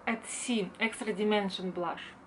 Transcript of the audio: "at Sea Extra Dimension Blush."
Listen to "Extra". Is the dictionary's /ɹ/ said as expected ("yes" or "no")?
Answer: yes